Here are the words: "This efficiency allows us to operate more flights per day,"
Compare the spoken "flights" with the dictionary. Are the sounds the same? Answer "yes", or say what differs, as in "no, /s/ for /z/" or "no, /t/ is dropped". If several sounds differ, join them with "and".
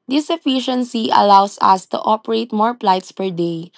no, /p/ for /f/